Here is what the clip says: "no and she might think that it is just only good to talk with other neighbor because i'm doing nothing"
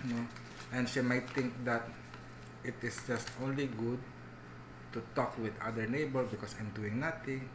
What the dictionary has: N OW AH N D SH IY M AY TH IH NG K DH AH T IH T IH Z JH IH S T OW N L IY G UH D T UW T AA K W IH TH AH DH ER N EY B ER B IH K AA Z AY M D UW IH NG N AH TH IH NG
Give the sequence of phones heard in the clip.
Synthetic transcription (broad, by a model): N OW AH N D SH IY M AY T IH NG K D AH T IH T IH S JH IH S T OW N L IY G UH D T UW T AA K W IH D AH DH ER N EY B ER B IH K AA S AY M D UW IH NG N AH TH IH NG